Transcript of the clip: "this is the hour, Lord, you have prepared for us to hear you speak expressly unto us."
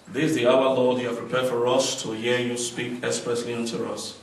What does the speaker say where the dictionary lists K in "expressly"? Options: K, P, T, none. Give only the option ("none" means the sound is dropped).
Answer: none